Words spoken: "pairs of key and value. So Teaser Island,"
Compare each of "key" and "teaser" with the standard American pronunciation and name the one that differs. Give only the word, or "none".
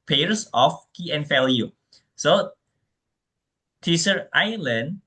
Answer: teaser